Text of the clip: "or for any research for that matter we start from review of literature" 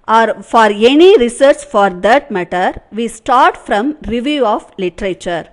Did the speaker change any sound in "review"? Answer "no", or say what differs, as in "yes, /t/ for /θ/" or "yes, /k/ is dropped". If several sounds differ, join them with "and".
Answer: no